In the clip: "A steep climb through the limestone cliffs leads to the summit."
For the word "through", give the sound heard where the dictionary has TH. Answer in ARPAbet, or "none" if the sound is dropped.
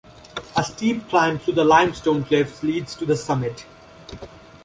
T